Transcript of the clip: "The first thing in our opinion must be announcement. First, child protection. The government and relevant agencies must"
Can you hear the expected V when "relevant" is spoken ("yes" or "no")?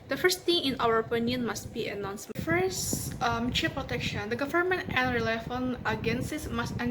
no